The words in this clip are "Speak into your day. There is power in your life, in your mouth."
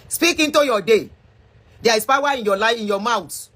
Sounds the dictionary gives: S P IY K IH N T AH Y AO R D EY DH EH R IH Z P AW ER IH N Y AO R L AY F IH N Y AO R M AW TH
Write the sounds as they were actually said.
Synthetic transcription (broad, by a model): S P IY K IH N T AH Y AO D EY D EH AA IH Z P AW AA IH N Y AO L AY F IH N Y AO M AW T